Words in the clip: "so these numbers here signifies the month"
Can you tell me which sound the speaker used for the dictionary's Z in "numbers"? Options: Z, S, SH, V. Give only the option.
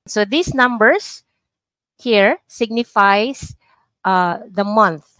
S